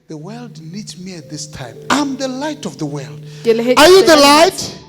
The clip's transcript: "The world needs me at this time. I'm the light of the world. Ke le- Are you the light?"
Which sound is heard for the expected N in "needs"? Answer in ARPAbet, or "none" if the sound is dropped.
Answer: L